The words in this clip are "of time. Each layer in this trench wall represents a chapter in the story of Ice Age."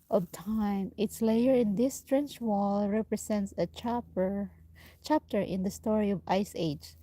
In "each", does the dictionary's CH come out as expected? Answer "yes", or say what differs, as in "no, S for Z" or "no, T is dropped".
no, S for CH